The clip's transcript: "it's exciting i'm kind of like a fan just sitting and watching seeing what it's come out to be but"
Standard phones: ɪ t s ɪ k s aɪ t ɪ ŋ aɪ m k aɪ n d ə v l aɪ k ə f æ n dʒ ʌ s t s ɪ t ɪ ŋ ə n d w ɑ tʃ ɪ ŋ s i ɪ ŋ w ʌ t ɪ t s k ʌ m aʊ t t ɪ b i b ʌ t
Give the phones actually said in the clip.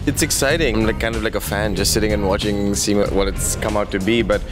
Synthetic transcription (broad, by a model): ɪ t s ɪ k s aɪ t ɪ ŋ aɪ k aɪ n d ə v l aɪ k ə f æ n dʒ ʌ s t s ɪ t ɪ ŋ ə n w ɑ tʃ ɪ ŋ s i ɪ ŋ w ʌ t ɪ t s k ʌ m aʊ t t ɪ b i b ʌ t